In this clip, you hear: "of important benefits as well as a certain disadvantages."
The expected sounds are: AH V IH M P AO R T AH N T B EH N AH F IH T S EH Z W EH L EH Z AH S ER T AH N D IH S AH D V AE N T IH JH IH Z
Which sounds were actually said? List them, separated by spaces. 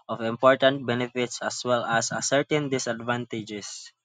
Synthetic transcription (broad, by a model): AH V IH M P AO R T AH N T B EH N AH F IH T S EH S W EH L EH S AH S ER T AH N D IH S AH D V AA N T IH JH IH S